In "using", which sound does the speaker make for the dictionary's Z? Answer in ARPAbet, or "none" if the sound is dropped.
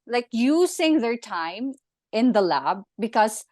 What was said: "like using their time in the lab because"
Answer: S